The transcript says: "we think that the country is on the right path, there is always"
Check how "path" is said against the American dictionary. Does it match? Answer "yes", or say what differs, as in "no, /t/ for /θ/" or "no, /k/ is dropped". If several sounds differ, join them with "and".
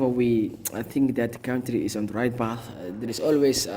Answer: no, /b/ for /p/